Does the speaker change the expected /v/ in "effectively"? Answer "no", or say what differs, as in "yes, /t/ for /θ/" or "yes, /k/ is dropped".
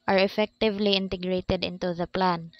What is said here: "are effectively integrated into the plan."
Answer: no